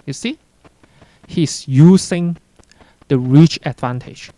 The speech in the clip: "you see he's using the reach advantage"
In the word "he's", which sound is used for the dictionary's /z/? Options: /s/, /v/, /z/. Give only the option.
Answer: /s/